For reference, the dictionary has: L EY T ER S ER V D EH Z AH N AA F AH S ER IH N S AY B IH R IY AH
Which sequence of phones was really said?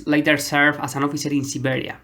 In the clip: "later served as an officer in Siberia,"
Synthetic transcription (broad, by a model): L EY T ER S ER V AA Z AH N AA F AH S ER IH N S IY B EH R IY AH